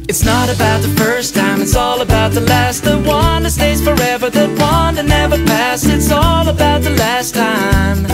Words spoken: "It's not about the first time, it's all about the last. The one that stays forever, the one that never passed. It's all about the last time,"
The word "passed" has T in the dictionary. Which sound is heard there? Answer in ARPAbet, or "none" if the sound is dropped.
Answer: none